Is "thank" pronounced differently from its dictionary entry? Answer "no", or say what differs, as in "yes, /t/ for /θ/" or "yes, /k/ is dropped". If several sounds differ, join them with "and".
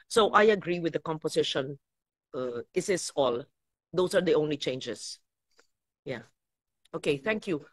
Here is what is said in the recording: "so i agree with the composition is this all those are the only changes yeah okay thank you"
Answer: no